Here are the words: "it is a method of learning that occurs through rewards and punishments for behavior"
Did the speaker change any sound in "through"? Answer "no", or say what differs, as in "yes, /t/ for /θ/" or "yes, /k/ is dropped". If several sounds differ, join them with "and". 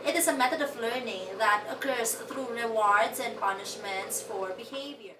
yes, /t/ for /θ/